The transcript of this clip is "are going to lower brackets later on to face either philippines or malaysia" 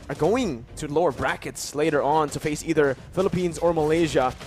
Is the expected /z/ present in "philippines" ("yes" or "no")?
yes